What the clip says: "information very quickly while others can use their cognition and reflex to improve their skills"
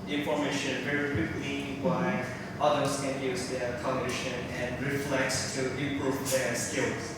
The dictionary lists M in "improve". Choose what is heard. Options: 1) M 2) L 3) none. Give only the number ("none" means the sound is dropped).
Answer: 3